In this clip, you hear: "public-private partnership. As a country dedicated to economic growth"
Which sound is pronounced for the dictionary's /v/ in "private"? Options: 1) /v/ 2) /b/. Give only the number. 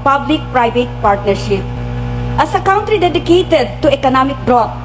2